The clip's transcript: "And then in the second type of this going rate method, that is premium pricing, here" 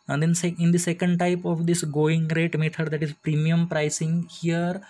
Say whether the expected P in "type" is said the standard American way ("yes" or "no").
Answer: yes